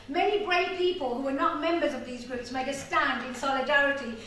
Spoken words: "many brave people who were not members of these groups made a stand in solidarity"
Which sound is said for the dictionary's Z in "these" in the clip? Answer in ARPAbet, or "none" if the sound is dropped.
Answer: Z